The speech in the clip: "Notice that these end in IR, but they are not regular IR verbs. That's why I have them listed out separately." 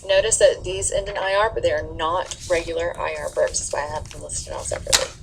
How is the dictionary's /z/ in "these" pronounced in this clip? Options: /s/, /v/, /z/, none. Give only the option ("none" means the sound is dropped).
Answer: /z/